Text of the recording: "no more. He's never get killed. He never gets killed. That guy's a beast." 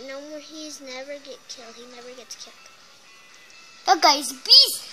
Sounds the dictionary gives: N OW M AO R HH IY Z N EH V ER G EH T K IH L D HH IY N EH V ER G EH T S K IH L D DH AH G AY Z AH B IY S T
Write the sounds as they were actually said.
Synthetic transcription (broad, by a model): N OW M AO R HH IY Z N EH V ER G EH T K IH L D HH IY N EH V ER G EH T S K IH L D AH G AY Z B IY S